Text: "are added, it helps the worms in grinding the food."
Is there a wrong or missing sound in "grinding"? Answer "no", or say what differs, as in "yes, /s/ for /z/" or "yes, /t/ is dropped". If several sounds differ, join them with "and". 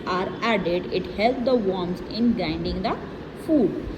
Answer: yes, /ɹ/ is dropped